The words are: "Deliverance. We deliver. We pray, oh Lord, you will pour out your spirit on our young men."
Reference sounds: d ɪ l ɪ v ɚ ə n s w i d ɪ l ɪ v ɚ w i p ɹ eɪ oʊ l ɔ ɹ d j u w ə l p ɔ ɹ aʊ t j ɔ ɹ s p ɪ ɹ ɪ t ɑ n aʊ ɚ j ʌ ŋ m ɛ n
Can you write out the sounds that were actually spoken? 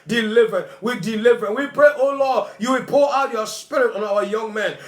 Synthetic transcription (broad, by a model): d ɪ l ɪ v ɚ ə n w i d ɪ l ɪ v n w i p ɹ eɪ oʊ l ɔ d j u w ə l p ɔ l aʊ t j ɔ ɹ s p ɪ ɹ ɪ t ɑ n aʊ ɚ j ʌ ŋ m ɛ n